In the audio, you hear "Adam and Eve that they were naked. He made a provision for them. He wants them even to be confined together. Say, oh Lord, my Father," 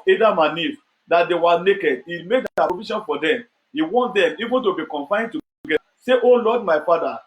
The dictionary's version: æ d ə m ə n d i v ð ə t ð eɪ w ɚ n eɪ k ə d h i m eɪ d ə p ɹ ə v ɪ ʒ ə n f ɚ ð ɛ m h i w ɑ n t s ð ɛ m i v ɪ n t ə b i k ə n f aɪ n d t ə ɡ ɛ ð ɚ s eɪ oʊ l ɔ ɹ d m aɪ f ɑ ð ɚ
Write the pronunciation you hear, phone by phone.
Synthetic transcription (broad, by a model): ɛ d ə m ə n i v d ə t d eɪ w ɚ n eɪ k ə d h i m eɪ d ə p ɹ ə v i ʃ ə n f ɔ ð ɛ m h i w ɑ n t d ɛ m i v ɪ n t ə b i k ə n f aɪ n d t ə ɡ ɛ ɑ s eɪ oʊ l ɔ d m aɪ f ɑ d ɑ